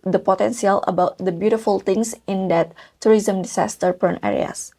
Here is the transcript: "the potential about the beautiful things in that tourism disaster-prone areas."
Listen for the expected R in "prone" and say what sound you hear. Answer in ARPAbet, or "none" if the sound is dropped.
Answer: none